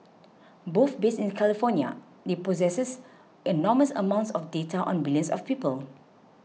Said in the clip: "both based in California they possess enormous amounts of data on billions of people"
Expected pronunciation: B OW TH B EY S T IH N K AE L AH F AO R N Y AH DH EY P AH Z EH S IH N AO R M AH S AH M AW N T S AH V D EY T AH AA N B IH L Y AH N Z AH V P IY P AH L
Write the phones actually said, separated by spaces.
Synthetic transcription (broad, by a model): B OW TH B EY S IH N K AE L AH F AO N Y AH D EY P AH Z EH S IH N AO M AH S AH M AW N T S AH F D EY T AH AA N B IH L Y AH N S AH F P IY P AH L